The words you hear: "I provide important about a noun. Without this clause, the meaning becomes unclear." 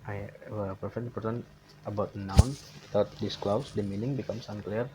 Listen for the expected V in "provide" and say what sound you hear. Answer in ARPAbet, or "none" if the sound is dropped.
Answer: F